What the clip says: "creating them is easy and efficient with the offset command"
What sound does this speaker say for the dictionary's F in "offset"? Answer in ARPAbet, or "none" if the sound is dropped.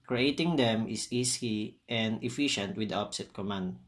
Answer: P